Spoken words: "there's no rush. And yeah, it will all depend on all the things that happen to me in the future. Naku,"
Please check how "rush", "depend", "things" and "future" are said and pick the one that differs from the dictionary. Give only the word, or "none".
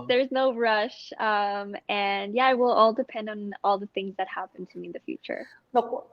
none